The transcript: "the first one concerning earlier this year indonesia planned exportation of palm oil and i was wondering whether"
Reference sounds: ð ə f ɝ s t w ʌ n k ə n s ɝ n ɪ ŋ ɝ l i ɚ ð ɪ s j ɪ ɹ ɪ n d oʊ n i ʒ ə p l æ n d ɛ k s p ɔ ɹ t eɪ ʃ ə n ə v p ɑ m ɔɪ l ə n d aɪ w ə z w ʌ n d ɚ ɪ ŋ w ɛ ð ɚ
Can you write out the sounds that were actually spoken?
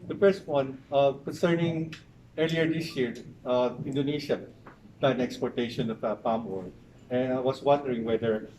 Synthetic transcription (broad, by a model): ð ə f ɝ s t w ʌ n k ə n s ɝ n ɪ ŋ ɝ l i ɚ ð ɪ s j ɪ ɹ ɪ n d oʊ n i ʃ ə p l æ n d ɛ k s p ɔ ɹ t eɪ ʃ ə n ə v p ɑ m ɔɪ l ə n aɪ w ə s w ʌ n d ɚ ɪ ŋ w ɛ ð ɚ